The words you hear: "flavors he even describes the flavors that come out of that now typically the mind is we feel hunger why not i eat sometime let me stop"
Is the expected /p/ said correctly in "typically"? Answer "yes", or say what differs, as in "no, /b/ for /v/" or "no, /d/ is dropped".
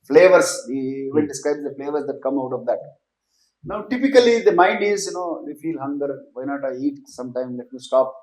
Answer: yes